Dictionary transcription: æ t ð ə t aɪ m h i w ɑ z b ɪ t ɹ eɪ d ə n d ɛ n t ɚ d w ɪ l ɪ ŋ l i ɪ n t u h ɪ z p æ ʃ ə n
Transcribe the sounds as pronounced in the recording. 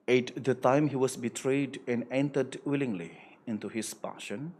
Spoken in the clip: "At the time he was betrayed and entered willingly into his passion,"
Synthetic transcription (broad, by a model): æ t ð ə t aɪ m h i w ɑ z b ɪ t ɹ eɪ d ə n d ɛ n t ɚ d w ɪ l ɪ ŋ l i ɪ n t u h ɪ s p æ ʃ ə n